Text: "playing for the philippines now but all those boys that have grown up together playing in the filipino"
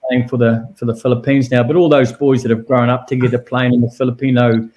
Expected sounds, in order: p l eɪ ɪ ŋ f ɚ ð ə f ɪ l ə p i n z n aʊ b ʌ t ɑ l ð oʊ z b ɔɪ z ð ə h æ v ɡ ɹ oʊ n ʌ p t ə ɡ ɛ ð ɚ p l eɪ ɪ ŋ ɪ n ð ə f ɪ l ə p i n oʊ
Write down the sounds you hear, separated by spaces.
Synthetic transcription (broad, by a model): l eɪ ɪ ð f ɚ ð ə f ɪ l ə p i n z n aʊ b ʌ t ɑ l ð oʊ z b ɔɪ z ð ə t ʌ v ɡ ɹ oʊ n ʌ p t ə ɡ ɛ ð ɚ p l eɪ ɪ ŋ ɪ n ð ə f ɪ l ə p i n oʊ